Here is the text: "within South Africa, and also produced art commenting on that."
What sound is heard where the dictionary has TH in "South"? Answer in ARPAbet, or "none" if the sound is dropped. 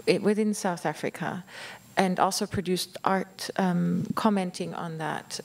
TH